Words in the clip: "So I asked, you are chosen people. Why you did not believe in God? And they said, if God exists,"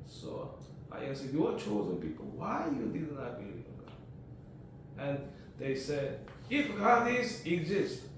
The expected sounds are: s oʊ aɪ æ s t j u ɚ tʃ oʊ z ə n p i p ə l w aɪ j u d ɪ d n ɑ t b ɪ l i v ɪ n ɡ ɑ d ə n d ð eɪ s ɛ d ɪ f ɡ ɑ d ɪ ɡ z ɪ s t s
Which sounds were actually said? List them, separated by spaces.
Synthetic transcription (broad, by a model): s oʊ aɪ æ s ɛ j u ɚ tʃ oʊ z ə n p i p ə l w aɪ j u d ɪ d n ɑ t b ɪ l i ɪ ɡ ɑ ə n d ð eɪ s ɛ d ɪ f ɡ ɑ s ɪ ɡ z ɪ s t